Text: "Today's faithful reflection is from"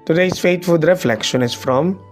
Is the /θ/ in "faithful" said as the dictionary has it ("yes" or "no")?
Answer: no